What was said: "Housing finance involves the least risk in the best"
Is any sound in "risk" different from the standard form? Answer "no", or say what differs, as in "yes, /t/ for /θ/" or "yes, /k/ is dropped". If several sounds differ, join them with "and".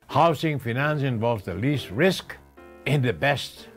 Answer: no